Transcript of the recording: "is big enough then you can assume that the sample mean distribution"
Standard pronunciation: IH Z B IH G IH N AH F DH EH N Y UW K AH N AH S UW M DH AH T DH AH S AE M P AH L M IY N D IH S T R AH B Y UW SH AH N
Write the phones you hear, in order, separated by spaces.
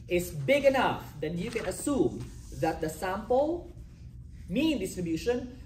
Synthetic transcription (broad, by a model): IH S B IH G IH N AH F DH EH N Y UW K AH N AH S UW M DH AH T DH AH S AE M P AH L M IY N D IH S T R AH B Y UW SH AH N